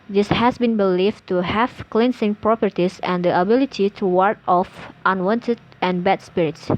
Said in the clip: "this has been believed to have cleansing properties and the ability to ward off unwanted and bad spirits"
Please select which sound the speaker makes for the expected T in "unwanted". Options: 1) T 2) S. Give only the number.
1